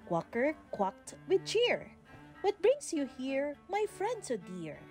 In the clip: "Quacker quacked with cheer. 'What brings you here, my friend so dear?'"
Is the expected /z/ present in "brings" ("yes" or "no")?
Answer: no